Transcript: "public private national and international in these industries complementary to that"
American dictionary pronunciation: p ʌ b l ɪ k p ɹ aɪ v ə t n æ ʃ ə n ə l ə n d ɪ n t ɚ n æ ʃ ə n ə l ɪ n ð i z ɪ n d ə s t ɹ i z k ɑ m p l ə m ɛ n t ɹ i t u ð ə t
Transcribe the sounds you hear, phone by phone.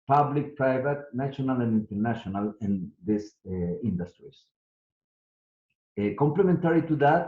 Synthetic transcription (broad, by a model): p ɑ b l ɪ k p ɹ aɪ v ə t n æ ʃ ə n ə l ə n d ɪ n t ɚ n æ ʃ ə n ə l ɪ n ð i s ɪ n d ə s t ɹ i s k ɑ m p l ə m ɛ n t ɹ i t u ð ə t